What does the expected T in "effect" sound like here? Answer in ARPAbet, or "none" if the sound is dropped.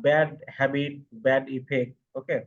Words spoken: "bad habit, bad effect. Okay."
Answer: none